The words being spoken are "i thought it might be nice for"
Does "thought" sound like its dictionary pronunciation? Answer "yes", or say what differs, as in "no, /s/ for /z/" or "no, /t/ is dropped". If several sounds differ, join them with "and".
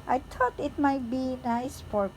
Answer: no, /t/ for /θ/